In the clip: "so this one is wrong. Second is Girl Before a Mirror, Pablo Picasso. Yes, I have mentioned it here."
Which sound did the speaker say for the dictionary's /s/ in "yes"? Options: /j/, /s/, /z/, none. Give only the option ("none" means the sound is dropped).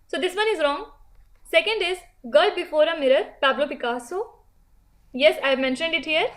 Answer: /s/